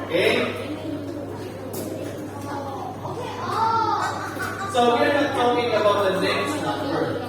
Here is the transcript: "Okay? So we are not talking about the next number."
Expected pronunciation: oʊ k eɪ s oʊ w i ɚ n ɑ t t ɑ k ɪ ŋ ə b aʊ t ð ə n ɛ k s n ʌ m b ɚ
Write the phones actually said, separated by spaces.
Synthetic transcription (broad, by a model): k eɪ s oʊ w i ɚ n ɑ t t ɑ k ɪ ŋ ə b aʊ t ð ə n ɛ s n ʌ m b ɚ